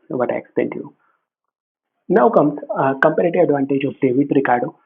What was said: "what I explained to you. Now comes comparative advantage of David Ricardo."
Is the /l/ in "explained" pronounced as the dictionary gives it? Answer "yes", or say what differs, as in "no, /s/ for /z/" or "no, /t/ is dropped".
no, /l/ is dropped